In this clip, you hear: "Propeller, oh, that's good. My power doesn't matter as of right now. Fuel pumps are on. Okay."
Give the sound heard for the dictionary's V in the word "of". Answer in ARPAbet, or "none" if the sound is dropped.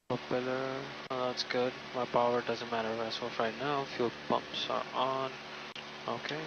F